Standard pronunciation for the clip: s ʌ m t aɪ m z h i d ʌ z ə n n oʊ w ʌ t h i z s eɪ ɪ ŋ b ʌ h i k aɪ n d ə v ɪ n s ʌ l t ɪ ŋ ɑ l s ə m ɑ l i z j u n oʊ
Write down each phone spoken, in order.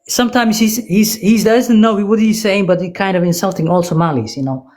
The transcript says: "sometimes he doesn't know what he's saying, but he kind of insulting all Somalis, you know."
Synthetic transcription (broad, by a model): s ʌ m t aɪ m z h i d ʌ z ə n n oʊ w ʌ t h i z s eɪ ɪ ŋ b ʌ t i k aɪ n d ə v ɪ n s ʌ l t ɪ ŋ ɑ l s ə m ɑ l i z j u n oʊ